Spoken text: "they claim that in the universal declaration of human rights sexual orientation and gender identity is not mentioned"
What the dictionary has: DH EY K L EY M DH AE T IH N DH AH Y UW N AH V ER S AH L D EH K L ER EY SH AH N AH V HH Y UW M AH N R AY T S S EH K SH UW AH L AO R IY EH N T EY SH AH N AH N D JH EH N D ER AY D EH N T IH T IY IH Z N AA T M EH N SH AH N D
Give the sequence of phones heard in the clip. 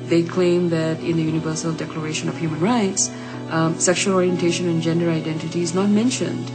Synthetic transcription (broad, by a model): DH EY K L EY M DH AE T IH N DH AH Y UW N AH V ER S AH L D EH K L ER EY SH AH N AH V HH Y UW M AH N R AY T S S EH K SH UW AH L AO R IY EH N T EY SH AH N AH N JH EH N D ER AY D EH N T IH T IY IH Z N AA T M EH N SH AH N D